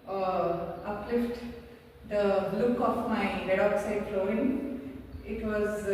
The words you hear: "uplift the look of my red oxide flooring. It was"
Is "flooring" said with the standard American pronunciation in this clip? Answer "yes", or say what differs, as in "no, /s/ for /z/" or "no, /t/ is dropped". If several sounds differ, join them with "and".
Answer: no, /ɹ/ is dropped